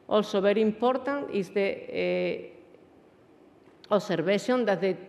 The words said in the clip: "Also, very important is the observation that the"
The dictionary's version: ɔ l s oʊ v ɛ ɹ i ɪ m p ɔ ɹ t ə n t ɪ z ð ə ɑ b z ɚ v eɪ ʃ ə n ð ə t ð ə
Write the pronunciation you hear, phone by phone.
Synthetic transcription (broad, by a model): ɔ l s oʊ b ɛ ɹ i ɪ m p ɔ ɹ t ə n t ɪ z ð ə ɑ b s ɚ b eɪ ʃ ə n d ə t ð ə